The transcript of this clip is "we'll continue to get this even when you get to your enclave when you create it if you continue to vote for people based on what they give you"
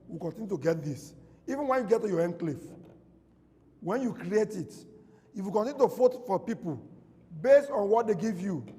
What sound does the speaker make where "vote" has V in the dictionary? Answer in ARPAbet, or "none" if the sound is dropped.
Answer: F